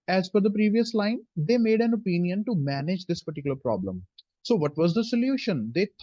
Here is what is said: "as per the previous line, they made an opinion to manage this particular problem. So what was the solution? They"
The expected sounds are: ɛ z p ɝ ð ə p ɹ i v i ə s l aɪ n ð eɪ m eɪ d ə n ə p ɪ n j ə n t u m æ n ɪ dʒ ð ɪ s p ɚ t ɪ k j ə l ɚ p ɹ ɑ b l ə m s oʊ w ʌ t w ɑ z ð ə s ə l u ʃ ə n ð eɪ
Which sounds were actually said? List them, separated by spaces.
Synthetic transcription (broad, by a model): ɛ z f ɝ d ə p ɹ i v i ə s l aɪ n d eɪ m eɪ d ə n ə p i n j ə n t u m æ n ɪ dʒ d ɪ s p ɚ t ɪ k j ə l ɚ p ɹ ɑ b l ə m s oʊ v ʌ t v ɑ z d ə s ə l u ʃ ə n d eɪ